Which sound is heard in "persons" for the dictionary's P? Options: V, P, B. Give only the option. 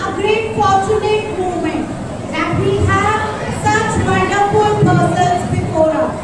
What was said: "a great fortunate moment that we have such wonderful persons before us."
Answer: B